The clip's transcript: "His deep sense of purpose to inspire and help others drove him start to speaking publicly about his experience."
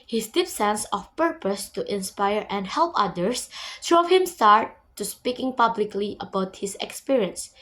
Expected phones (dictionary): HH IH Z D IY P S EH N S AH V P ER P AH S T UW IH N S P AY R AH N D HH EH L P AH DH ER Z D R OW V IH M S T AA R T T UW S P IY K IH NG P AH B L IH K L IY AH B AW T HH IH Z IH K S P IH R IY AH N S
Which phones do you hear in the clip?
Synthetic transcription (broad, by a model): HH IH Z D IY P S EH N S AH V P ER P AH S T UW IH N S P AY R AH N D HH EH L P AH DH ER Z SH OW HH IH M S T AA R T T UW S P IY K IH NG P AH B L IH K L IY AH B AW T HH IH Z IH K S P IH R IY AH N S